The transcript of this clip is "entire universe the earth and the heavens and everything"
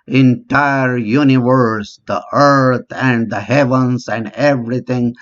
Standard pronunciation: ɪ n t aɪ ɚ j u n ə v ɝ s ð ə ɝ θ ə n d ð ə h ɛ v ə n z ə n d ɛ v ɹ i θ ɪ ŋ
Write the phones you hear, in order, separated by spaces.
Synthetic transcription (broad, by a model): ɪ n t aɪ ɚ j u n ə v ɝ s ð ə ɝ t ə n d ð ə h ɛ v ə n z ə n d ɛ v ɹ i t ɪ ŋ